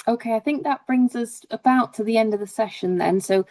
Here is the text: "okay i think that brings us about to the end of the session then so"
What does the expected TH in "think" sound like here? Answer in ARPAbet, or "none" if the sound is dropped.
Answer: TH